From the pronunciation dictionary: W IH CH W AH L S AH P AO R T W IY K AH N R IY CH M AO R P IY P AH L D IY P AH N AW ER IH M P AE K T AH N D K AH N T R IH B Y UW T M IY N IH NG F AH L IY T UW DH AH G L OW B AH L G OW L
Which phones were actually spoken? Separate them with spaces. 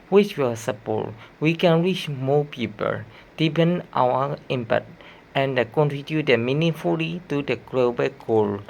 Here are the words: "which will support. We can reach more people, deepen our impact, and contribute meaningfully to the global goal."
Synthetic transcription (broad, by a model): W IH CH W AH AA S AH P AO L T W IY K AH N R IY CH M AO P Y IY P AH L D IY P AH N AW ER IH M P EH T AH N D K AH N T R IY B Y UW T M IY N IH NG F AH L IY T UW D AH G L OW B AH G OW L